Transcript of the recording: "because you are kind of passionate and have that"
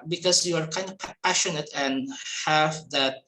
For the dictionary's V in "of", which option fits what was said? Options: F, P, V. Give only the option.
P